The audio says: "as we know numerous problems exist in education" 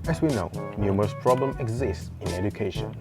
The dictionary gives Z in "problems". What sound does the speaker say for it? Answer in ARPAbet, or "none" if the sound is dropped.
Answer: none